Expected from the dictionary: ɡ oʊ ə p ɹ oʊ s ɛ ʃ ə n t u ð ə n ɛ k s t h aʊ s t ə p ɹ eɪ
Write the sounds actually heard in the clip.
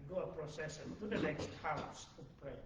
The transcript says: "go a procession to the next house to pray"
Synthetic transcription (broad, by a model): ɡ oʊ ə p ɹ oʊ s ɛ s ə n t u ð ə n ɛ k s t h aʊ s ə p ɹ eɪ